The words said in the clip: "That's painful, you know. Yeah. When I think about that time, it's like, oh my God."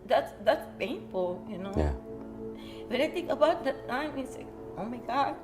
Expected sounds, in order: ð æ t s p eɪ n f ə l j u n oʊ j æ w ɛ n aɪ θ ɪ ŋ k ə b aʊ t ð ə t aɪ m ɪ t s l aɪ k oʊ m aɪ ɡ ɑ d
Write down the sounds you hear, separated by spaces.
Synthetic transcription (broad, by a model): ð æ t s p eɪ n f ə l j u n oʊ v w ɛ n aɪ t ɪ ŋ k ə b aʊ t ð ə t aɪ m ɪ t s l aɪ k oʊ m aɪ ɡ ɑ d